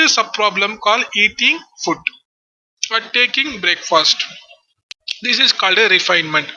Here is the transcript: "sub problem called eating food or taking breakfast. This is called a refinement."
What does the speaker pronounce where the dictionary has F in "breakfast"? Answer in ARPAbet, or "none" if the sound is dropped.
F